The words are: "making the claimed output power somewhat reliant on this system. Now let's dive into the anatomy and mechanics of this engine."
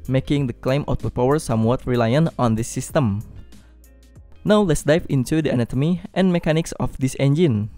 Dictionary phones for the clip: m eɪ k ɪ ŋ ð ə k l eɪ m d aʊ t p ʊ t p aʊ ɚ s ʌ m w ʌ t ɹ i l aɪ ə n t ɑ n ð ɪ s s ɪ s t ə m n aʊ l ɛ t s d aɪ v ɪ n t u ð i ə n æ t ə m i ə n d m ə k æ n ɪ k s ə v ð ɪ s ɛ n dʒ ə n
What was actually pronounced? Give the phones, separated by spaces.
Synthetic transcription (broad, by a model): m eɪ k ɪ ŋ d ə k l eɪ m ɔ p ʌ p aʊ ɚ s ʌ m w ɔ t ɹ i l aɪ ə n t ɑ n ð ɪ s s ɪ s t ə m n aʊ l ɛ t s d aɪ p ɪ n t u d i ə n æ t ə m i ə n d m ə k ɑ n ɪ k s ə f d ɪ s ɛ n dʒ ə n